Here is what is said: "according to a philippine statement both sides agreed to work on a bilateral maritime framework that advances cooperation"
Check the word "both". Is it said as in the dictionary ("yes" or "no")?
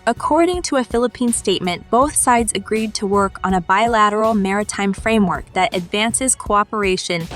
yes